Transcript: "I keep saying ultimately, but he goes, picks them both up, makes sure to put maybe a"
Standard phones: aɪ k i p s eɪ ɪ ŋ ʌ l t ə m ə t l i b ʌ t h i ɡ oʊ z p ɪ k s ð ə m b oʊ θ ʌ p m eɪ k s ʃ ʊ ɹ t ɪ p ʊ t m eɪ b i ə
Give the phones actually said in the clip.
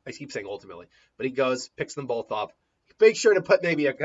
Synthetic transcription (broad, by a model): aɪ k i p s eɪ ɪ ŋ ʌ l t ə m ə t l i b ʌ t h i ɡ oʊ z p ɪ k s ð ə m b oʊ θ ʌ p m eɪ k ʃ ʊ ɹ t ɪ p ʊ t m eɪ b i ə